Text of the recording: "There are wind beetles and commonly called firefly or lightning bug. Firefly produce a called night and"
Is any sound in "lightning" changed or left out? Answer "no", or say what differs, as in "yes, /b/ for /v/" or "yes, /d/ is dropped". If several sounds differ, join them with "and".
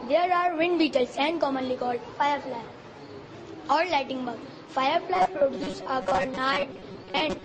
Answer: yes, /n/ is dropped